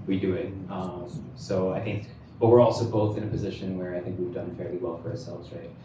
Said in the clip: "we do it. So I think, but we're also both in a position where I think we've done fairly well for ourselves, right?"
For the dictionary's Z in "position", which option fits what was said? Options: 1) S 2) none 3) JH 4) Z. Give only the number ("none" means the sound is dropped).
4